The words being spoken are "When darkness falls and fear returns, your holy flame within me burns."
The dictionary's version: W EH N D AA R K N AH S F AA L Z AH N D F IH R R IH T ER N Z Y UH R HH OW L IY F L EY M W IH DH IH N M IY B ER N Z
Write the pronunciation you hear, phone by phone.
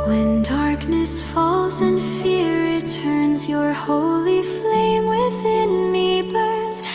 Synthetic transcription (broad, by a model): W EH N D AA R K N AH S F AA L Z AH N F F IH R R IH T ER N Z Y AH R HH OW L IY F L EY M W IH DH IH N M IY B ER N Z